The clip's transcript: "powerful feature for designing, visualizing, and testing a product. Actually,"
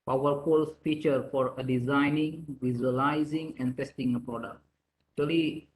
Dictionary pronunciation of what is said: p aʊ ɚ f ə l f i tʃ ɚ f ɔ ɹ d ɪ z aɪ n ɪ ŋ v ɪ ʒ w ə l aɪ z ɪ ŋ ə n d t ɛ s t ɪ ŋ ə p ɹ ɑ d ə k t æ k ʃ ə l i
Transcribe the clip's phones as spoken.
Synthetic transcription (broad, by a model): p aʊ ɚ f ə l f i tʃ ɚ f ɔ ɹ d ɪ z aɪ n ɪ ŋ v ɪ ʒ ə l aɪ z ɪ ŋ ə n d t ɛ s t ɪ ŋ ə p ɹ ɑ d ə k t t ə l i